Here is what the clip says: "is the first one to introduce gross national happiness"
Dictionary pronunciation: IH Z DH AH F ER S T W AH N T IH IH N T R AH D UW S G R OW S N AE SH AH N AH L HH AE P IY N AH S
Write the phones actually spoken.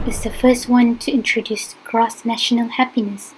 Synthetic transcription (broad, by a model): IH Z DH AH F ER S T W AH N T IH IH N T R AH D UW S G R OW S N AE SH AH N AH L HH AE P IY N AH S